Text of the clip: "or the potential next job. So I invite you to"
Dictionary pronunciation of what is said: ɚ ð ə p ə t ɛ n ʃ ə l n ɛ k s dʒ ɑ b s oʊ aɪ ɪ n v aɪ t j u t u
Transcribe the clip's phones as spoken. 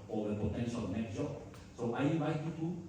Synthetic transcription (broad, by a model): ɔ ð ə p ə t ɛ n ʃ ə l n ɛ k dʒ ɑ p s oʊ aɪ ɪ n v aɪ t j u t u